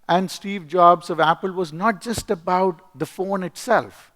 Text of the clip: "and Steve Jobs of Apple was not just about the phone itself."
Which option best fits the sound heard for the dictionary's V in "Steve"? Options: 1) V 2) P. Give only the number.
1